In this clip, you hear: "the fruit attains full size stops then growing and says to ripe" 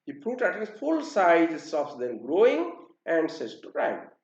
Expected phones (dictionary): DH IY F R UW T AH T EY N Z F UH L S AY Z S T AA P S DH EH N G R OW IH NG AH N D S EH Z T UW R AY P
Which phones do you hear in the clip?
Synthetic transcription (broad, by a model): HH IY P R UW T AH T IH Z F UH L S AY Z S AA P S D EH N G R OW IH NG AH N D S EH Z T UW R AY